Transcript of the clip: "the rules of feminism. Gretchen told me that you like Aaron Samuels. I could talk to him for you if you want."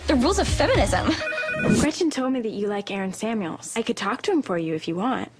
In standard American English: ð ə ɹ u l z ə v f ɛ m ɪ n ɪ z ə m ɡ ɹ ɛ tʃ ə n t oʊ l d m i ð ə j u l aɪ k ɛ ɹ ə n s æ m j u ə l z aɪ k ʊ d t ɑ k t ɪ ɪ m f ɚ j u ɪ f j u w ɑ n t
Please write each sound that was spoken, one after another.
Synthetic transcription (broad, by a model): ð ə ɹ u l z ə v f ɛ m ɪ n ɪ z ə m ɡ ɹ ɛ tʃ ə n t oʊ l d m i ð ə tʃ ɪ l aɪ k ɛ ɹ ə n s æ m j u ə l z aɪ k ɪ d t ɑ k t ɪ ɪ m f ɚ j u ɪ f j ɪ w ɑ n t